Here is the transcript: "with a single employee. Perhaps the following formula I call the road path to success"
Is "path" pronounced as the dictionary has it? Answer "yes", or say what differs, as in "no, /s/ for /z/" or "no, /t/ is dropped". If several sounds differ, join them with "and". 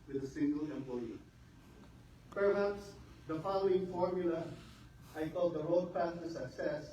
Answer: no, /s/ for /θ/